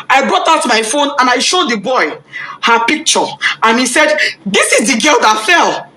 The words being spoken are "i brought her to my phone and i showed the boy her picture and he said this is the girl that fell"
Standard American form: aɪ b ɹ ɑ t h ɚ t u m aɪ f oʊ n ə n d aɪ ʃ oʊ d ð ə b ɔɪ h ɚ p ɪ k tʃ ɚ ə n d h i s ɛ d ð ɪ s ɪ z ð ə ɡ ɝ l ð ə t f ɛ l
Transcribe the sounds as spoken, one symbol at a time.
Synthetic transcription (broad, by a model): aɪ b ɹ ɑ t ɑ t u m aɪ f oʊ n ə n aɪ ʃ oʊ d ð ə b ɔɪ h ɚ p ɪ k tʃ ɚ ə n h i s ɛ d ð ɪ s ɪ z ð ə ɡ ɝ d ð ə t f ɛ l